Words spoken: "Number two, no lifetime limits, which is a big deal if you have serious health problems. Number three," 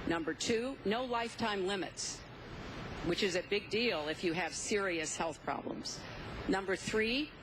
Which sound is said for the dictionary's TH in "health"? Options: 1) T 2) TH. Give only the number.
2